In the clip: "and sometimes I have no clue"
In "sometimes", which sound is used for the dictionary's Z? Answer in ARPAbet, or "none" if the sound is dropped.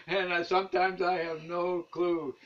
Z